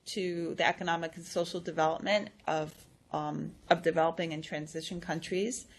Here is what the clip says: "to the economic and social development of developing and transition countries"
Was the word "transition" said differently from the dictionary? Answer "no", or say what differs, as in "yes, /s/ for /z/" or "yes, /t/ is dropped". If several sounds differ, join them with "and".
no